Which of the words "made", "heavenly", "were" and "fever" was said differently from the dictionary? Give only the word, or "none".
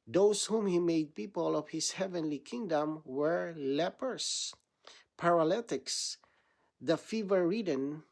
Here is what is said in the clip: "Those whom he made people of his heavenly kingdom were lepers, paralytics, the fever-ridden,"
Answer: none